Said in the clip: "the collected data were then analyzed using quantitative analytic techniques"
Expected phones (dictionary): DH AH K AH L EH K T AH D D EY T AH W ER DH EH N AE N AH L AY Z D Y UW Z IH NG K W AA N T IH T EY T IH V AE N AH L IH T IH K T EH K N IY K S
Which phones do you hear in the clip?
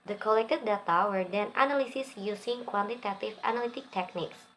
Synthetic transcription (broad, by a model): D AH K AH L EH K T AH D D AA T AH W ER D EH N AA N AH L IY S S Y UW S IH NG K W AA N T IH T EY T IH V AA N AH L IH T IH K T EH K N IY K S